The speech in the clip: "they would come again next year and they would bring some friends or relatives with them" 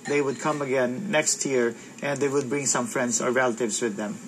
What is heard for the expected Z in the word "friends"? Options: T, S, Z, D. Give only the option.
S